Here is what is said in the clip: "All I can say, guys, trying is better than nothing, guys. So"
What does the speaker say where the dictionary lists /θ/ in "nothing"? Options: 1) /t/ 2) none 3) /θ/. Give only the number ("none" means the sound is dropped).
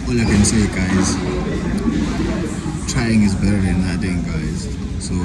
1